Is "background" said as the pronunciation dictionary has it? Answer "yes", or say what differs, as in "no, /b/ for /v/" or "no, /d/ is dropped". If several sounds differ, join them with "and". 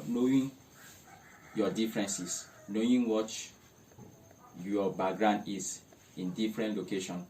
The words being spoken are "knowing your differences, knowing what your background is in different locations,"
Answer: no, /k/ is dropped